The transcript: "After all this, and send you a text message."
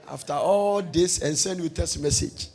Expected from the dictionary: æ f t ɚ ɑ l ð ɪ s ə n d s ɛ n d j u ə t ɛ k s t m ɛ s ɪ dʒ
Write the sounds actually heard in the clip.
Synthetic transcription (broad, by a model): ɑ f t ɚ ɑ l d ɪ s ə n s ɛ n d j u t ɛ s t m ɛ s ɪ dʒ